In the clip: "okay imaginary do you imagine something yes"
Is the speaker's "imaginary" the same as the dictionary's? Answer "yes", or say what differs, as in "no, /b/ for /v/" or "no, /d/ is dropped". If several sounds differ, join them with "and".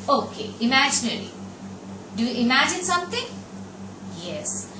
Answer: no, /l/ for /ɹ/